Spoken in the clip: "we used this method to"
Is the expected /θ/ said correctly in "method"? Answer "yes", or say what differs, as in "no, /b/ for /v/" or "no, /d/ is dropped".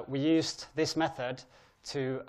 yes